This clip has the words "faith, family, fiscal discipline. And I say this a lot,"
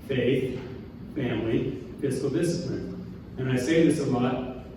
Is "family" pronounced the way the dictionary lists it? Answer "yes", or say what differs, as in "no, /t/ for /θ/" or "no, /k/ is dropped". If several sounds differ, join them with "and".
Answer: yes